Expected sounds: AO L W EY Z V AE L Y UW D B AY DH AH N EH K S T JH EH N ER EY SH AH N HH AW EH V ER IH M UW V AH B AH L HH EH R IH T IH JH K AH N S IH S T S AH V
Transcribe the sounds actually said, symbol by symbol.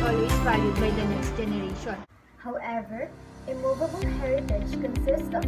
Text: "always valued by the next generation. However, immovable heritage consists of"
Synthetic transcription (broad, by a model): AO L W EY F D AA Y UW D B AY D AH N EH K S T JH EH N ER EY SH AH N HH AW EH V ER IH M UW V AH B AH L HH EH R IH T IH JH K AH N S IH S T S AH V